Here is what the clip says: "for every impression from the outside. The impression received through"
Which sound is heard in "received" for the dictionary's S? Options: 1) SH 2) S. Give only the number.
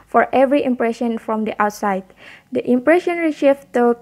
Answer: 1